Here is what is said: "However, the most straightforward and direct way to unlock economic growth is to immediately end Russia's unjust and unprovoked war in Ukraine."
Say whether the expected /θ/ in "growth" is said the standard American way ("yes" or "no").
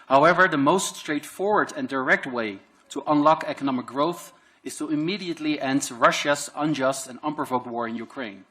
yes